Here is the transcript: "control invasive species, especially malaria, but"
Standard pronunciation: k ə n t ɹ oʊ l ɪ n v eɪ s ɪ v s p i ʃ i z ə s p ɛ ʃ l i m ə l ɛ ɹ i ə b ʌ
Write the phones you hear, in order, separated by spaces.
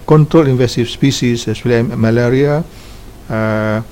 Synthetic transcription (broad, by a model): k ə n t ɹ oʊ l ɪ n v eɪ s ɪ f s p i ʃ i s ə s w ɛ l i m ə l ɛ ɹ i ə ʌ